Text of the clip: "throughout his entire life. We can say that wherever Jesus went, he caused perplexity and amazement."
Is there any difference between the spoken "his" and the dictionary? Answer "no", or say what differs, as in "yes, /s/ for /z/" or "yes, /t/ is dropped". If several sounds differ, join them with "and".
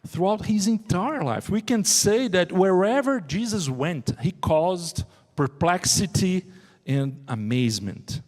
no